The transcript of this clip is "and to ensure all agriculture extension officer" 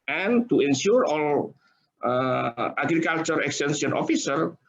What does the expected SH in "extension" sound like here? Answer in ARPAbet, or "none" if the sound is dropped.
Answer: S